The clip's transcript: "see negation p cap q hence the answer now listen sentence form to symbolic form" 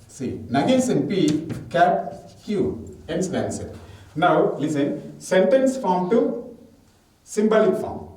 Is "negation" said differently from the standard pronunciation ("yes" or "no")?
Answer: yes